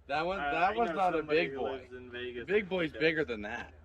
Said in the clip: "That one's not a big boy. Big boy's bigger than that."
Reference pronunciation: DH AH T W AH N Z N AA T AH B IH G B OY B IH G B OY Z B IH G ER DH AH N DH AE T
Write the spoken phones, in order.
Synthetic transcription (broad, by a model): DH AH T W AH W Z N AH T AH B IH G B OY B IH G B OY Z B IH G ER DH AH N DH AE T